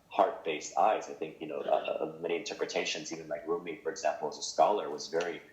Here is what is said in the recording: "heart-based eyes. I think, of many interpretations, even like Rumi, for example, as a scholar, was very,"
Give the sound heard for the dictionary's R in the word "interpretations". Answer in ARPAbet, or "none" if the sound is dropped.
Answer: R